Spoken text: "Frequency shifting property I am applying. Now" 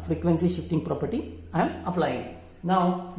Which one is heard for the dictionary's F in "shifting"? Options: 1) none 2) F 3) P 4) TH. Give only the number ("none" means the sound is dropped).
2